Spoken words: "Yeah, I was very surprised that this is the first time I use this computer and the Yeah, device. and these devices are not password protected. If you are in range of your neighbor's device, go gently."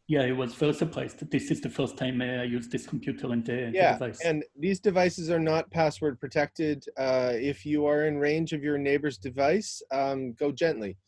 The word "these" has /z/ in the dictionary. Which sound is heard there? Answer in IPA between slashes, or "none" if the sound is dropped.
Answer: /z/